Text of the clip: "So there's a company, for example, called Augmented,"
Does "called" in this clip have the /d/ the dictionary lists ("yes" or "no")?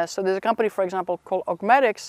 no